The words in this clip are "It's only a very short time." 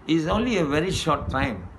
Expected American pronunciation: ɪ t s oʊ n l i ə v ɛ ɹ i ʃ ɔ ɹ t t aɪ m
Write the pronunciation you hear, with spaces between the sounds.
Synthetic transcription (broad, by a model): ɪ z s oʊ n l i ə v ɛ ɹ i ʃ ɔ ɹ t t aɪ m